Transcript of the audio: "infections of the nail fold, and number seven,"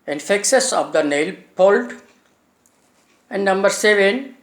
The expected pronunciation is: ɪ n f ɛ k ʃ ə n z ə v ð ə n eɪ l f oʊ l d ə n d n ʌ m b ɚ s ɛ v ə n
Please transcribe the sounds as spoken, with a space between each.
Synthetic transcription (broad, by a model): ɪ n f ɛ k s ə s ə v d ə n eɪ l p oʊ l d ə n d n ʌ m b ɚ s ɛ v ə n